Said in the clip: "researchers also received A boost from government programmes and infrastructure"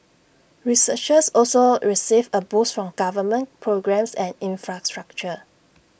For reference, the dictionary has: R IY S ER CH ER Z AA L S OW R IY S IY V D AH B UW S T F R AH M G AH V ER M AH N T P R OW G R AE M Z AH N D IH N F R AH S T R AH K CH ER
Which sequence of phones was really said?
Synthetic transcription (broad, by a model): R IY S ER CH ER S AA L S OW R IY S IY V AH B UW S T F R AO M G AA V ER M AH N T P R OW G R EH M S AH N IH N F R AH S T R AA K CH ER